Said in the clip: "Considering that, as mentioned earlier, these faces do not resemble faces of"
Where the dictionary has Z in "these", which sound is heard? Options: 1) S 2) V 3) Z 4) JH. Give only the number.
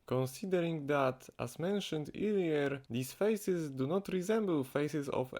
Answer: 1